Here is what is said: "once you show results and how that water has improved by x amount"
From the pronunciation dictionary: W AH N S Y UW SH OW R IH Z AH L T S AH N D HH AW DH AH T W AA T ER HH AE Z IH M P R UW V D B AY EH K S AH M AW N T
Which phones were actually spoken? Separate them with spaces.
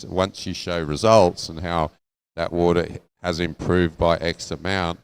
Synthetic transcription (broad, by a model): W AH N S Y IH SH OW R IH Z AH L T S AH N HH AW DH AH T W AA T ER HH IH Z IH M P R UW V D B AY EH K S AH M AW N T